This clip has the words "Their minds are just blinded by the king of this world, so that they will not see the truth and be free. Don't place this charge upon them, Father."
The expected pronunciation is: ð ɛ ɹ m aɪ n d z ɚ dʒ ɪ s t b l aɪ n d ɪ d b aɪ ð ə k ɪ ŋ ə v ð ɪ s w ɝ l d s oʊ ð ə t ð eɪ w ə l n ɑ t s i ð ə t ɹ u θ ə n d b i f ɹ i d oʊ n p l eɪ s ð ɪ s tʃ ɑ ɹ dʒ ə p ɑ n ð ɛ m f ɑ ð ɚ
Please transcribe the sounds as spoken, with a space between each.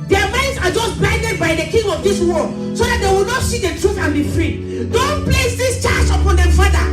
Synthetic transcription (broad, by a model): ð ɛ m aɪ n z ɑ dʒ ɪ s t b aɪ n d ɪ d b aɪ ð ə k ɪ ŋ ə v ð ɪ s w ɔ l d s oʊ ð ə t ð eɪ w ə l n ɑ t s i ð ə t ɹ u θ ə n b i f ɹ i d oʊ n p l eɪ s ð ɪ s tʃ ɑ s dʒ ə p ɑ n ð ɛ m f ɑ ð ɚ